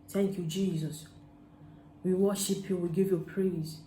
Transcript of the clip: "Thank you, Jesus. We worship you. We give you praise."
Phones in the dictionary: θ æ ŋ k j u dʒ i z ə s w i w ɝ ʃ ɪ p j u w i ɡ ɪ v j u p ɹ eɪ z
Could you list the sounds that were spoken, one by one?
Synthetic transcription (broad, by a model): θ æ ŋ k j u dʒ i z ə s w i w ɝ ʃ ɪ p j u w i ɡ ɪ v j u p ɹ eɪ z